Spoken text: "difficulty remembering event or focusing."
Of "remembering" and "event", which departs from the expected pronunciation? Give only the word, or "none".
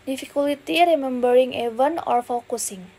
event